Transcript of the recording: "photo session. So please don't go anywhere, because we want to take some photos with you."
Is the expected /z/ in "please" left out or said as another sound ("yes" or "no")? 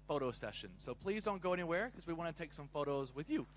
no